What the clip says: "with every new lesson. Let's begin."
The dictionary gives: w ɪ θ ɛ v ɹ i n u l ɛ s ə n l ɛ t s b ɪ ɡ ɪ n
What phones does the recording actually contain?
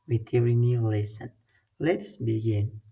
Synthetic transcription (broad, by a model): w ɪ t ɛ ɹ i n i l ɛ s ə n l ɛ t s b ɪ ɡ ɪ n